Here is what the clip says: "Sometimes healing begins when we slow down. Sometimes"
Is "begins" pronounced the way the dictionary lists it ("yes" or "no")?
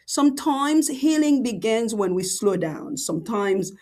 yes